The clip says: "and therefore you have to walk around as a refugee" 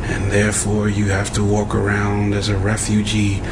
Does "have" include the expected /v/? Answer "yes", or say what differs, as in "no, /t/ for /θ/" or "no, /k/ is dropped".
no, /f/ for /v/